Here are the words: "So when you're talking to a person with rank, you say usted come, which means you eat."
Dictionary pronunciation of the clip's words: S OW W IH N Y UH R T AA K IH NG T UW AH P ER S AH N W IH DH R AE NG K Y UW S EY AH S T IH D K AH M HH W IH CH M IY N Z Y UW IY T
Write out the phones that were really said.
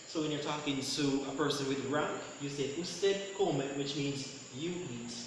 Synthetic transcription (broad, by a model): S OW W IH N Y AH R T AA K IH NG T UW AH P ER S AH N W IH DH R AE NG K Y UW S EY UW S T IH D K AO M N W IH CH M IY N Z Y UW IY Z